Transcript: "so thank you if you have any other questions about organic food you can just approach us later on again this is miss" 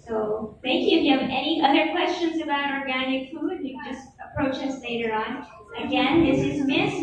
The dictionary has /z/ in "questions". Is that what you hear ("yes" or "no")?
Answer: yes